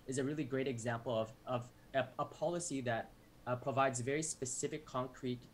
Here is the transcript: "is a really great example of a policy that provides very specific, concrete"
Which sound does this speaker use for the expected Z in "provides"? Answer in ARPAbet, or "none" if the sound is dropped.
Z